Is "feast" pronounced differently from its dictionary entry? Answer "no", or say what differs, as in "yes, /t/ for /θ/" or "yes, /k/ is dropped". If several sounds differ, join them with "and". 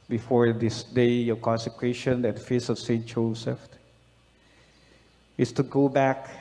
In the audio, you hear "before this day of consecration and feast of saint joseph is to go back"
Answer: yes, /t/ is dropped